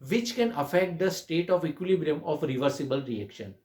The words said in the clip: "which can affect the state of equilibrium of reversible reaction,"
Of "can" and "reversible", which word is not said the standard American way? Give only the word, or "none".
none